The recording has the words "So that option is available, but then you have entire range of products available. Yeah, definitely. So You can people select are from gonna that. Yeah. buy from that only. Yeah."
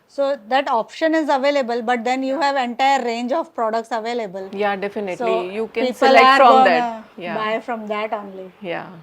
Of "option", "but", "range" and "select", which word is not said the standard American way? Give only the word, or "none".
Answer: select